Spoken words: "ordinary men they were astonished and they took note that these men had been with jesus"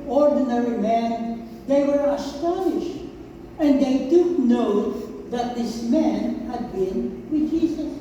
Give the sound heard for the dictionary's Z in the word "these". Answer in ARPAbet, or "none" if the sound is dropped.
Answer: S